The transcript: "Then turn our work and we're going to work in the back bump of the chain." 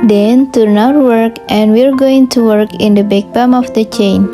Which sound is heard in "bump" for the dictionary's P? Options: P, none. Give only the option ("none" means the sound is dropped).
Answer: none